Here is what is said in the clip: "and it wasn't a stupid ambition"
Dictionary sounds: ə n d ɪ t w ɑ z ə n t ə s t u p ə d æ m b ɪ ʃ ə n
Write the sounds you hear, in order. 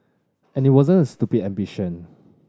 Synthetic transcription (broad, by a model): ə n ɪ t w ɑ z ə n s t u b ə æ m b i ʃ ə n